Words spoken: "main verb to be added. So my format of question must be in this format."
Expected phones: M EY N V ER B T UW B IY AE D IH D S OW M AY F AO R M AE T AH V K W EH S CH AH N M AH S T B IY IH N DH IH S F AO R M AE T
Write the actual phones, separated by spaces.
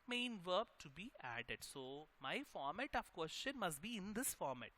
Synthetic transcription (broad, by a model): M EY N V ER B T UW B IY AE D IH D S OW M AY F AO R M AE T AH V K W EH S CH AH N M AH S T B IY IH N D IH S F AO R M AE T